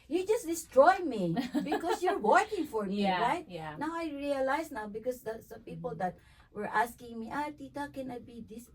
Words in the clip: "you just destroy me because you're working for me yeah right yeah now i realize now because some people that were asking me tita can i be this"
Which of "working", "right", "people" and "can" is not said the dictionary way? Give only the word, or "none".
none